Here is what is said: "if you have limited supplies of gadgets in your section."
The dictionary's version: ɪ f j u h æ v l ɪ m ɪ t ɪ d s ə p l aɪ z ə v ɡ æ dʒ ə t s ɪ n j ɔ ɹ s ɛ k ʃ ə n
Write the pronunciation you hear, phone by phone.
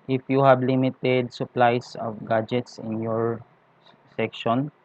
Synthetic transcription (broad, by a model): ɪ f j u h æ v l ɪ m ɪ t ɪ d s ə p l aɪ s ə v ɡ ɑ dʒ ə t s ɪ n j ɔ ɹ s ɛ k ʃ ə n